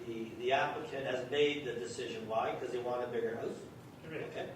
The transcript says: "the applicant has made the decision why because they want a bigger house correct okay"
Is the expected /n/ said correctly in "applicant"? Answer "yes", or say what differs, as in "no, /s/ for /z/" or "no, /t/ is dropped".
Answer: no, /n/ is dropped